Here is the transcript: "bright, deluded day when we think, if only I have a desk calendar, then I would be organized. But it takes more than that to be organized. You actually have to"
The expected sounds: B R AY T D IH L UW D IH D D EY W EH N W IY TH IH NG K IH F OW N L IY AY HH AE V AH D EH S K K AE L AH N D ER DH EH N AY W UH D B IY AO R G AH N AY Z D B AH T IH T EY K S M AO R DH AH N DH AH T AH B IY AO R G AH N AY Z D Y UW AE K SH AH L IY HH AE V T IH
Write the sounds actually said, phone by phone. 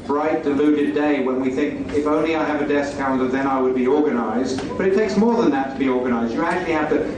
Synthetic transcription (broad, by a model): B R AY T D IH L UW D IH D D EY W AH N W IY TH IH NG K IH F OW N L IY AY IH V AH D EH S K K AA AH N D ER DH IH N AY W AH D B IY AO R G AH N AY Z D B AH T IH T EY K S M AO R DH AH N DH AH T AH B IY AO R G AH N AY Z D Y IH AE K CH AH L IY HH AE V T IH